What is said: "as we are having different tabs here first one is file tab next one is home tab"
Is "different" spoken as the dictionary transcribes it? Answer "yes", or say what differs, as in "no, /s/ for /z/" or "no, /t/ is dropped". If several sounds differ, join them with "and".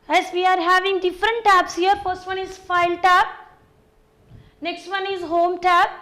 yes